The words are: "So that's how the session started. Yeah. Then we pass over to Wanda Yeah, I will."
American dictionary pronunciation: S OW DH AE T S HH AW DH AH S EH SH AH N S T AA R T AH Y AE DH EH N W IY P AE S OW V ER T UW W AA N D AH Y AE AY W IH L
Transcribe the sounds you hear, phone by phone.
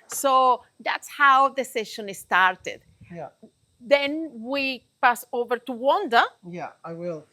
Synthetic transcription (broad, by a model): S OW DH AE T S HH AW DH AH S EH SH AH N S T AA R T AH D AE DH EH N W IY P AE S OW V ER T UW W AA N D AH Y AE AY W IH L